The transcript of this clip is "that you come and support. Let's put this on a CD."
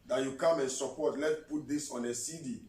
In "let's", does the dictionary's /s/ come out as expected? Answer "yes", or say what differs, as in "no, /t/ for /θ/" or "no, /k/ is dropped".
no, /s/ is dropped